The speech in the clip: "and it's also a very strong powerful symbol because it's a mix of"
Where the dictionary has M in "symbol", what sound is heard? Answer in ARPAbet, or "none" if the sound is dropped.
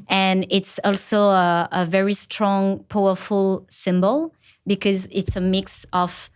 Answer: M